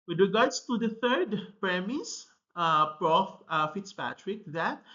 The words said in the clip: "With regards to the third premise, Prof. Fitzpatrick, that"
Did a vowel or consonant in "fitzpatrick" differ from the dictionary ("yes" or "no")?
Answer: no